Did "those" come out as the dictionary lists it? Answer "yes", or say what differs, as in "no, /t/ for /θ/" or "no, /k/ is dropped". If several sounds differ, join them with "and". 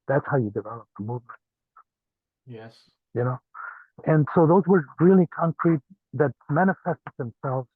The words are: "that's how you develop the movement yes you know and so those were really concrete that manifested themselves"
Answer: yes